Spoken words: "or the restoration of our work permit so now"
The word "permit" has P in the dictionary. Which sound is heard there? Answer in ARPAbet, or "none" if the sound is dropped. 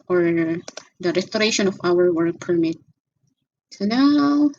P